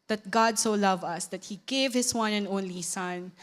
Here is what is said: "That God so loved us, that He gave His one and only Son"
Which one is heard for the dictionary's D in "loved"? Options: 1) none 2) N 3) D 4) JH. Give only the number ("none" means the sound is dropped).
1